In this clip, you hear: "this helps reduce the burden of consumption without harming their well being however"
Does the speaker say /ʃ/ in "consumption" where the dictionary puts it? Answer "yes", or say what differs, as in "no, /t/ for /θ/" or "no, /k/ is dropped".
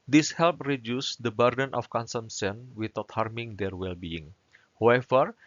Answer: no, /s/ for /ʃ/